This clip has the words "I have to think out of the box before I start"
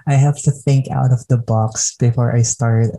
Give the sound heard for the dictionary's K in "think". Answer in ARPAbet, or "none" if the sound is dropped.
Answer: K